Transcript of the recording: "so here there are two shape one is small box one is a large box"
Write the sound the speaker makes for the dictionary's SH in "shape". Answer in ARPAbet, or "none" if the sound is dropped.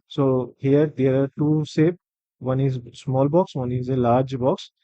S